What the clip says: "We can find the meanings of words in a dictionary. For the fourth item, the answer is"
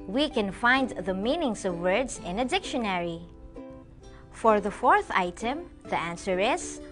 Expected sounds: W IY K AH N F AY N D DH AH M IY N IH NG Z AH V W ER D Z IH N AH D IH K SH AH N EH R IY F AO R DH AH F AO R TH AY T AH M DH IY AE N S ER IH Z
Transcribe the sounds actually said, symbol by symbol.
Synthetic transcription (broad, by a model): W IY K AH N F AY N D DH AH M IY N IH NG S AH V W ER D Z IH N AH D IH K SH AH N EH R IY F AO R DH AH F AO R TH AY T AH M DH IY AE N S ER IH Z